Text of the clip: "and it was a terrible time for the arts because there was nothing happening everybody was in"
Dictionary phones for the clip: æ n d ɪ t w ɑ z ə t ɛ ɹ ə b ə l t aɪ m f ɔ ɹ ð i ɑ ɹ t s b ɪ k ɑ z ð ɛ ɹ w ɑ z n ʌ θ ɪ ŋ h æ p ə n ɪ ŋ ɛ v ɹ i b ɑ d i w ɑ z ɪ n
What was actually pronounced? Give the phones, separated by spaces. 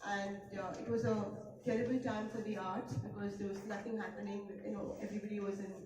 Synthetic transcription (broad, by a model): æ n d ɪ t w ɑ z ə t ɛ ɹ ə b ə l t aɪ m f ɔ ɹ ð i ɑ ɹ t b ɪ k ɑ z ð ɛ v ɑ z n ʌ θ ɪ ŋ h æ p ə n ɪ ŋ ɛ v ɹ i b ɑ d i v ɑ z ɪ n